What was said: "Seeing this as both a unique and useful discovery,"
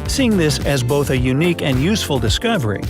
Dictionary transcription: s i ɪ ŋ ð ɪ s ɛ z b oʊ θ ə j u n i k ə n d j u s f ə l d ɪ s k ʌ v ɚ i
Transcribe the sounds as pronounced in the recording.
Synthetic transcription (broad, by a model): s i ɪ ŋ ð ɪ s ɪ z b oʊ θ ə j u n i k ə n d j u s f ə l d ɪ s k ʌ v ɚ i